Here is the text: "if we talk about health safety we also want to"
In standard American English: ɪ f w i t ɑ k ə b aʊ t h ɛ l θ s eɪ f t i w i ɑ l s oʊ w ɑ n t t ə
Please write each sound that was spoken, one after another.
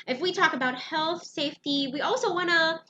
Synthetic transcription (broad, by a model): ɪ f w i t ɑ k ə b aʊ t h ɛ l θ s eɪ f t i w i ɑ l s oʊ w ɑ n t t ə